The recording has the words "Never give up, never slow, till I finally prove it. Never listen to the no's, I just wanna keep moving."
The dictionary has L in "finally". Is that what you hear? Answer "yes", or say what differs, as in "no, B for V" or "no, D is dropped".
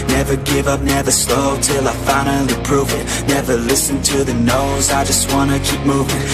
no, L is dropped